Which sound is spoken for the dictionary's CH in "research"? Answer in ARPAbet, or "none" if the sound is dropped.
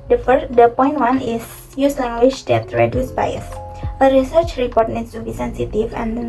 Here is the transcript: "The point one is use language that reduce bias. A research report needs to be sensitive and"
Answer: CH